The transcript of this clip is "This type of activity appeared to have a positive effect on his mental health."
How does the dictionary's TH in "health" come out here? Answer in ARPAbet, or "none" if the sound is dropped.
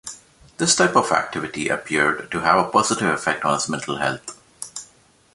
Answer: T